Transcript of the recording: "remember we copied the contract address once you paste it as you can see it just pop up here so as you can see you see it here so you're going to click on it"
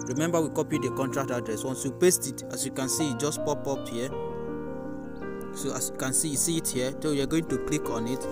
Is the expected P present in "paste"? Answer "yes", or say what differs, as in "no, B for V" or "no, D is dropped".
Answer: yes